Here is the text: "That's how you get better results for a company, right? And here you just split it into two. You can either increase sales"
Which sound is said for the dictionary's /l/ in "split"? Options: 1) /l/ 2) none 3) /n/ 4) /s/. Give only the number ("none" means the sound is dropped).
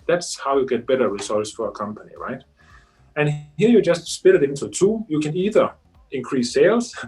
2